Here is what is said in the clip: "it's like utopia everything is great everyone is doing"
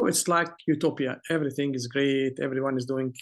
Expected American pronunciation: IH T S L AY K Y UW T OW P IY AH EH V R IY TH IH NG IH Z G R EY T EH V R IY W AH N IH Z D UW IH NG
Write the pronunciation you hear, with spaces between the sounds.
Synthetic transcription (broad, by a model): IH T S L AY K Y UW T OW P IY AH EH V R IY TH IH NG IH Z G R EY T EH V R IY W AH N IH Z D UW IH NG